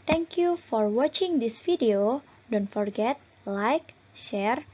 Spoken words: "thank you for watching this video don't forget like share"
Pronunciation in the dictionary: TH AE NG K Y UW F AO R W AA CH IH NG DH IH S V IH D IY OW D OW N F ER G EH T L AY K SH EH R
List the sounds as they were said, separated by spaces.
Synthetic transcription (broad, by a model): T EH NG K Y UW F AO R W AA CH IH NG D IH S F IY D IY OW D OW N F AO G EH T L AY K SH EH R